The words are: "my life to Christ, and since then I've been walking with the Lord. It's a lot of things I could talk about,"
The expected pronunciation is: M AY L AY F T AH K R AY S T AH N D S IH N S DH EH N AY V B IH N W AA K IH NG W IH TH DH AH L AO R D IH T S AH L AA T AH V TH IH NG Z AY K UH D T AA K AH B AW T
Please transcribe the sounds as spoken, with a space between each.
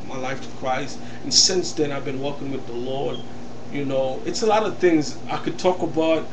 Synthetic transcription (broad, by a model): M AY L AY F T AH K R AY S T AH N S IH N S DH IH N AY V B IH N W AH K IH NG W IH DH AH L AO R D IH T S AH L AA T AH V TH IH NG Z AY K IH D T AA K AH B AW T